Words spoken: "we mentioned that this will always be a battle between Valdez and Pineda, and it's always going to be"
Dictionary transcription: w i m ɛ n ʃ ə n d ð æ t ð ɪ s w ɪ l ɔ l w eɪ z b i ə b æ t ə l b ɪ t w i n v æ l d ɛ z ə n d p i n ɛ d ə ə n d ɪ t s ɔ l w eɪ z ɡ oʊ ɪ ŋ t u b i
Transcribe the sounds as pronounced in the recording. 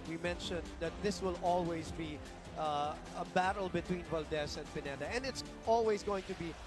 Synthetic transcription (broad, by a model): w i m ɛ n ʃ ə n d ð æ t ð ɪ s w ɪ l ɔ l w eɪ z b i ə b æ t ə l b ɪ t w i n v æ l d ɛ s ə n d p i n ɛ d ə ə n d ɪ t s ɔ l w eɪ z ɡ oʊ ɪ ŋ t u b i